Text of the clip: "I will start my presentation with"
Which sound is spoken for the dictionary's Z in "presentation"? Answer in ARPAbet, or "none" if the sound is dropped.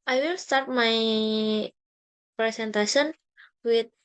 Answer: S